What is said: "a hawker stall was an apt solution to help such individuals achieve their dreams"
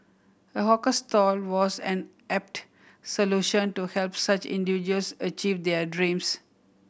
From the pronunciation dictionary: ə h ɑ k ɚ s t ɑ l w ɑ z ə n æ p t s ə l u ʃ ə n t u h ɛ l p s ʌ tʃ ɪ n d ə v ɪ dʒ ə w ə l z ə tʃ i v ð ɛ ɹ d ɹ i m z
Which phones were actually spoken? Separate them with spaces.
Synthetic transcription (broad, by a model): ə h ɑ k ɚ s t ɑ l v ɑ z ə n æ p t s ə l u ʃ ə n t u h ɛ l p s ʌ tʃ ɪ n d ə v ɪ dʒ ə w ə l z ə tʃ i v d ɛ ɹ d ɹ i m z